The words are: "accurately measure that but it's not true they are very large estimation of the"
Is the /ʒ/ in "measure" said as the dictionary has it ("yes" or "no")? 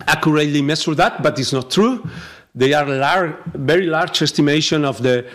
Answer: no